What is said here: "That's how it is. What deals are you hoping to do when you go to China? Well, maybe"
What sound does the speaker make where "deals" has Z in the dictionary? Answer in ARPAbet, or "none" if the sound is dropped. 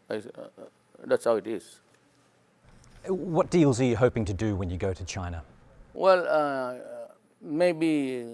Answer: Z